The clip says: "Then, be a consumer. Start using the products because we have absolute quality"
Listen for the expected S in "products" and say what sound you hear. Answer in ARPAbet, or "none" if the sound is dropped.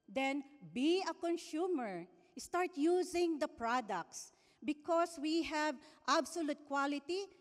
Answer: S